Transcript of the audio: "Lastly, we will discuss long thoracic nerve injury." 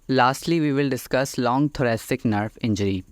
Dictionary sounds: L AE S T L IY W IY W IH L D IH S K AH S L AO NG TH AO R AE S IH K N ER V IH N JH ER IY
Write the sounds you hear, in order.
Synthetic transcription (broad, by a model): L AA S T L IY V IY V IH L D IH S K AH S L AO NG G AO R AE S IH K N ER F IH N JH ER IY